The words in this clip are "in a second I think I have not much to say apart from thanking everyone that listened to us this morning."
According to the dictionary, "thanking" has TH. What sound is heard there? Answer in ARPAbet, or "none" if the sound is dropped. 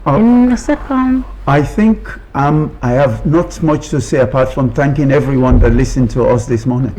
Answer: TH